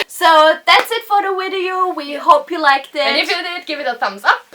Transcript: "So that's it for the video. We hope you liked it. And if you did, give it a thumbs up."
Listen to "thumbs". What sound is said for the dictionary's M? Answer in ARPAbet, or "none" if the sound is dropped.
M